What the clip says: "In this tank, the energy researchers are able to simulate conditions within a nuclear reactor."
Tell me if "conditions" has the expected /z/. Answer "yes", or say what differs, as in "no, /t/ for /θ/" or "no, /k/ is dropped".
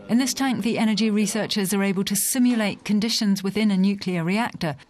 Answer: yes